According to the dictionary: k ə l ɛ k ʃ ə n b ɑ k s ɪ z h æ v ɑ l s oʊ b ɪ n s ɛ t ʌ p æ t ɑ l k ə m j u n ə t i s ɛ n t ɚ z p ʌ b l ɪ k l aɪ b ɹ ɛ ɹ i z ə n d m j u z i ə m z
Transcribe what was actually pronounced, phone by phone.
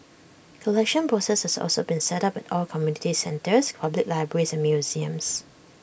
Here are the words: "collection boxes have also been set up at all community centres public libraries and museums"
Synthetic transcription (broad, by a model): k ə l ɛ k ʃ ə n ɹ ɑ s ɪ s h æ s ɑ l s oʊ b ɪ n s ɛ t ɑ p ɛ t ɑ l k ə m j u n ə t i s ɛ n t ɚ s p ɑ b l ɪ k l aɪ b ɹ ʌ ɹ i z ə n m j u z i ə m s